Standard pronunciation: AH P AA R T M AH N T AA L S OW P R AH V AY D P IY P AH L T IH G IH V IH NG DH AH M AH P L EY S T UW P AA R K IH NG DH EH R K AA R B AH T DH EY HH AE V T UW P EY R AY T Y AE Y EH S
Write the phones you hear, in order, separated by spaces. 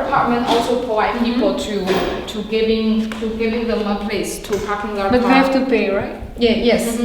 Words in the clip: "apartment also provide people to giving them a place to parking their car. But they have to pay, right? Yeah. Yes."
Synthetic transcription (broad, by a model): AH P AA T M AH N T AA L S OW P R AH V AY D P IY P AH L T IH G IH V IH NG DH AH M AH P L EY S T UW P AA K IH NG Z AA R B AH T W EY HH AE F T UW P EY R AY T Y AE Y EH S